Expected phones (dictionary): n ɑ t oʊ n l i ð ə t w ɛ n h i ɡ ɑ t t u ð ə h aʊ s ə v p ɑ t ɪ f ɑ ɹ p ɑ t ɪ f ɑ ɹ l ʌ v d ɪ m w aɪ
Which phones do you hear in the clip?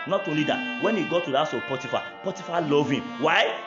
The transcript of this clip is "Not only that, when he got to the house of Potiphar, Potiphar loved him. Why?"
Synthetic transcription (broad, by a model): n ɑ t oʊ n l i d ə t w ɛ n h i ɡ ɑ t t u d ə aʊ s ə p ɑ t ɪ f ɑ p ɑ t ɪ f ɑ l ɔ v ɪ m w aɪ